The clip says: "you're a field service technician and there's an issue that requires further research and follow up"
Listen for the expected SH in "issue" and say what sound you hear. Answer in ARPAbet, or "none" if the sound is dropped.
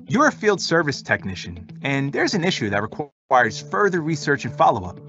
SH